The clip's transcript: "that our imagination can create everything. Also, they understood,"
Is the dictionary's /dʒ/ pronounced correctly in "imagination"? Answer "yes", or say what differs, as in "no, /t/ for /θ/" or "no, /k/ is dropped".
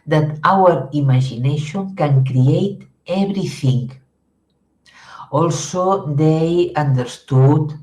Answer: no, /ʒ/ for /dʒ/